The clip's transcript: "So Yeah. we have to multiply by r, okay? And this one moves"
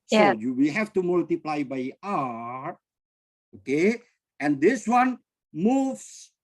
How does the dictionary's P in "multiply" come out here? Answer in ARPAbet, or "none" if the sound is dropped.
P